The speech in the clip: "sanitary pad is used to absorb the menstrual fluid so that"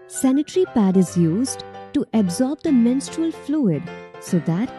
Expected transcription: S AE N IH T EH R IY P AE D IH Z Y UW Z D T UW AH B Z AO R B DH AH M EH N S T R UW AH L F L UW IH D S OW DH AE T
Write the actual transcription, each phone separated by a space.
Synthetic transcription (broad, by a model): S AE N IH T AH R IY P AE D IH Z Y UW Z D T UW AH B Z AO R B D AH M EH N S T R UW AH L F L UW IH D S OW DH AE T